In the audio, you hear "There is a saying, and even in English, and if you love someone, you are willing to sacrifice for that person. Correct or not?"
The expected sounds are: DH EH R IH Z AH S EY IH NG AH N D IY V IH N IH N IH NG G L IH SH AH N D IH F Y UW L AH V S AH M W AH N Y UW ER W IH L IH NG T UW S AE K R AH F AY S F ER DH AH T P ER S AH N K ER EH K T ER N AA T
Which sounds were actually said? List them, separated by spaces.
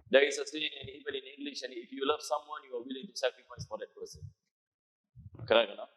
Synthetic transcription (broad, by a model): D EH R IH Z AH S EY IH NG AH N IY V IH N IH N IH NG G L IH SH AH N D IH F Y UW L AH V S AH M W AH N Y UW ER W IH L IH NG T UW S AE K R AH F AY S F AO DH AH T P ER S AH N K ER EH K ER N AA